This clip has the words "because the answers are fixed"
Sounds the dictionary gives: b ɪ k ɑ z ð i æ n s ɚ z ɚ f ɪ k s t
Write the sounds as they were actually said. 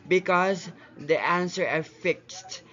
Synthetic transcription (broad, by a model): b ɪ k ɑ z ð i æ n s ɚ ɚ f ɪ k s t